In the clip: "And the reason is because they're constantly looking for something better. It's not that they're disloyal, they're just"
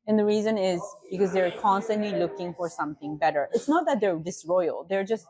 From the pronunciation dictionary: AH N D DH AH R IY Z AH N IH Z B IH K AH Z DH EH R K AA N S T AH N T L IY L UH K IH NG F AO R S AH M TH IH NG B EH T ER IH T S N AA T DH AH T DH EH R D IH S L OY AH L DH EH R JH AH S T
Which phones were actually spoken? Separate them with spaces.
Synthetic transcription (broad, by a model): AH N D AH R IY Z AH N IH Z B IH K AH Z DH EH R K AA N S T AH N T L IY L UH K IH NG F AO R S AH M TH IH NG B EH T ER IH T S N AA T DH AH T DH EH R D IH S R OY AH L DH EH R JH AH S T